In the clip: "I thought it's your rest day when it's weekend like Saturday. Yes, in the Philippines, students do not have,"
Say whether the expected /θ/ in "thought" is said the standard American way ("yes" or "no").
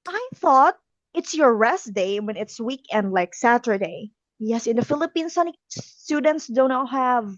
yes